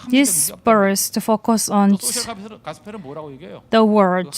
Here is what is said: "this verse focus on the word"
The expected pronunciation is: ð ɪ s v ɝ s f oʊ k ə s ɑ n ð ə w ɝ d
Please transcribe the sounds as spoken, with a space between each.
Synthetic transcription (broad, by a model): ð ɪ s b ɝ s f oʊ k ə s ɑ n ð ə w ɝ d